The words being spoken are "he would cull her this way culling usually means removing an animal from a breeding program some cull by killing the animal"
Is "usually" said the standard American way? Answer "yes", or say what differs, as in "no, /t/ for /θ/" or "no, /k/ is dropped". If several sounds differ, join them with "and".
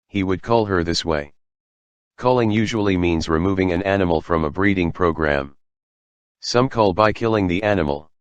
yes